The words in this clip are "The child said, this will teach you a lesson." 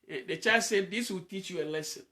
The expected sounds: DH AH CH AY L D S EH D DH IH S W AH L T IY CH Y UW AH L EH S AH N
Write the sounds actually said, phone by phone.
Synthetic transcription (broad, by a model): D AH CH AY D S EH D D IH S W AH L T IY CH Y UW AH L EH S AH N